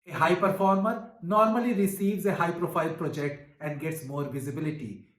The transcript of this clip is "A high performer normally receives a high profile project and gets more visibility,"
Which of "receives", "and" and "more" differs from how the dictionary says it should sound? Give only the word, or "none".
none